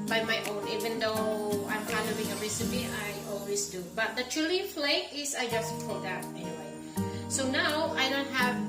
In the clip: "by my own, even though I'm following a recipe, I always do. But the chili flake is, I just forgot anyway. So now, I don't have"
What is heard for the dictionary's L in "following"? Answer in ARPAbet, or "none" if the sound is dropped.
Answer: N